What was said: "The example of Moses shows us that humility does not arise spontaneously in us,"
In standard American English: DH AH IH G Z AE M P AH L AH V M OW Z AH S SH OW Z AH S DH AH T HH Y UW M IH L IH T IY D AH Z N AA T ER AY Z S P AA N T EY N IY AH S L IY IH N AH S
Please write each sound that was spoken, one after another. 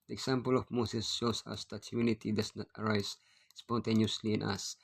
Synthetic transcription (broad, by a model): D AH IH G S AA M P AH L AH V M OW S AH S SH OW S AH S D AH T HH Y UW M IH N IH T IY D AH S N AA T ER AY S S P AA N T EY N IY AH S L IY IH N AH S